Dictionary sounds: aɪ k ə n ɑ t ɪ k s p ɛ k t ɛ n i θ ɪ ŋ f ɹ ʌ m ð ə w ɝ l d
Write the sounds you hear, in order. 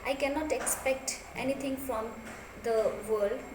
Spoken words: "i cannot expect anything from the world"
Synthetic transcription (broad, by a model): aɪ k ə n ɑ t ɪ k s p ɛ k t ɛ n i t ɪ ŋ f ɹ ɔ m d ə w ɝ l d